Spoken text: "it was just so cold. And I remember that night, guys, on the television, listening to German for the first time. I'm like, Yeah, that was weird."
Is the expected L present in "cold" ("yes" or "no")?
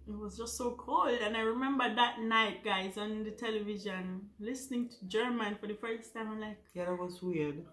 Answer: yes